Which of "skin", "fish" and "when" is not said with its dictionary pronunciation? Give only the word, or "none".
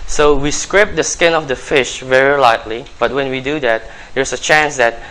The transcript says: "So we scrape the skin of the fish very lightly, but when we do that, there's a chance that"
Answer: none